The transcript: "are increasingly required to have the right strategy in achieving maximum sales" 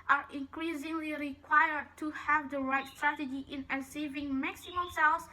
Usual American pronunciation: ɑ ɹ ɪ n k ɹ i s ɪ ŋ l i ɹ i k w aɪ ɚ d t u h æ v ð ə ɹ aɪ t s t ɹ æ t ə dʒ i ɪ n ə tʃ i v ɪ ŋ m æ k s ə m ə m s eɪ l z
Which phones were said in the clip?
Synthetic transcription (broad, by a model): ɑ ɹ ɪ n k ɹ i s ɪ ŋ l i ɹ i k w aɪ ɚ d t u h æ v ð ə ɹ aɪ t s t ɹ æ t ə dʒ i ɪ n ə s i v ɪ ŋ m æ k s ə m ə m s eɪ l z